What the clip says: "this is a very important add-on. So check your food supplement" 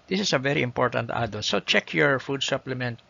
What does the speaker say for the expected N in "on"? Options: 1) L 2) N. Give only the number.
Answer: 1